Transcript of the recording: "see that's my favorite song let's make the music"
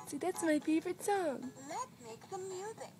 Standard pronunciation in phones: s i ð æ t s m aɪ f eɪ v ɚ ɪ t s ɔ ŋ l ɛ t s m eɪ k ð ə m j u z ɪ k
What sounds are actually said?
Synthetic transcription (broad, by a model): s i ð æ t s m aɪ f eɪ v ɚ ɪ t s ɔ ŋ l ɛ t m eɪ k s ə m j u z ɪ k